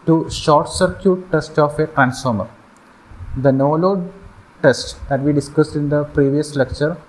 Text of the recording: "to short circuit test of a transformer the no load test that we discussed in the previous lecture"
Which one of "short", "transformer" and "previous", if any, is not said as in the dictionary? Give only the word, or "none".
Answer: none